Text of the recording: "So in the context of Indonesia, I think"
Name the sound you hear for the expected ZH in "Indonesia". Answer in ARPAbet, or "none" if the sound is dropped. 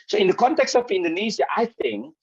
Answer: Z